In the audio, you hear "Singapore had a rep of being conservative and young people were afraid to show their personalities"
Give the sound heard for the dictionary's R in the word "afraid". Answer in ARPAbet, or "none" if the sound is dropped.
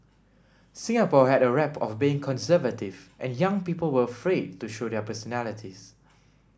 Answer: R